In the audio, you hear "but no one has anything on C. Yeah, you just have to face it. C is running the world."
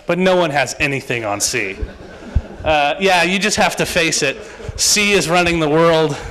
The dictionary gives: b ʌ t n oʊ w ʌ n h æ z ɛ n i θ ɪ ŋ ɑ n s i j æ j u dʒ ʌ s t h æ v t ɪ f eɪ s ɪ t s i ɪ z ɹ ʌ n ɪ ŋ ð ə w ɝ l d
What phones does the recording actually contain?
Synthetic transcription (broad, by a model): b ʌ t n oʊ w ʌ n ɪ z ɛ n i θ ɪ ŋ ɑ n s i j æ j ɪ dʒ ʌ s t h æ f t ɪ f eɪ s ɪ t s i ɪ z ɹ ʌ n ɪ ŋ ð ə w ɝ l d